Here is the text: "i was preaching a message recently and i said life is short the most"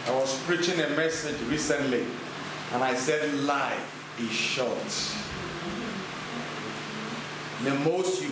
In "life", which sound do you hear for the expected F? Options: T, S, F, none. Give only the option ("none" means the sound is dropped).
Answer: none